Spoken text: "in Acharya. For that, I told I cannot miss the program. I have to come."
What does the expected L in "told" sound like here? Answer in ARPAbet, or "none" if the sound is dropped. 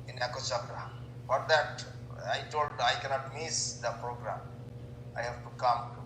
L